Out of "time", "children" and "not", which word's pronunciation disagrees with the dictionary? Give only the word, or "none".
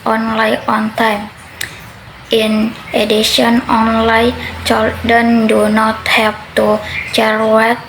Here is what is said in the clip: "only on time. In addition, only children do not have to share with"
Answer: children